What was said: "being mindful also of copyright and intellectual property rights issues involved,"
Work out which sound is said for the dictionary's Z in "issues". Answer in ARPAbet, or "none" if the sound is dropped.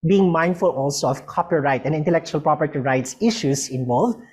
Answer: S